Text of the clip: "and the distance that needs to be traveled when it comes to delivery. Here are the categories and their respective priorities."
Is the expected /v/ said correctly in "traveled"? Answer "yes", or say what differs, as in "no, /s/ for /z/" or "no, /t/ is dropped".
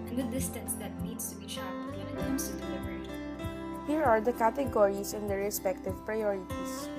no, /v/ is dropped